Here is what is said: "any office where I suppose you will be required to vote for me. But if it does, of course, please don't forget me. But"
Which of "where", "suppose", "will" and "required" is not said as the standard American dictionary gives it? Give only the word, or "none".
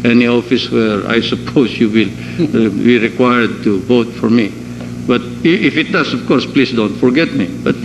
suppose